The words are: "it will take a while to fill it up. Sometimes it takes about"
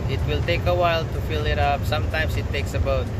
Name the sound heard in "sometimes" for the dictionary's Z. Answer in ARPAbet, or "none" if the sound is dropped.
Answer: S